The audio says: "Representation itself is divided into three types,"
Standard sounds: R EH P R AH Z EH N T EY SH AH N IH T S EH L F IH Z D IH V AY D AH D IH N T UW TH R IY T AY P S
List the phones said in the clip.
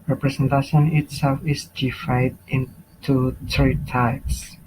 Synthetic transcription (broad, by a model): R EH P R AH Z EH N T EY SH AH N IH T S EH L F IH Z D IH F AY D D IH N T UW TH R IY T AY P S